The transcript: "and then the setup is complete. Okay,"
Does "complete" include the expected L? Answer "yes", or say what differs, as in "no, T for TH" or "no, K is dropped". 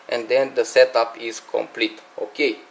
yes